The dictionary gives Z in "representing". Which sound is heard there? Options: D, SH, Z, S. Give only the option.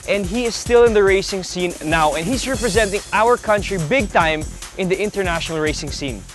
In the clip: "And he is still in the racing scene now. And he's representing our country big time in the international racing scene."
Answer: Z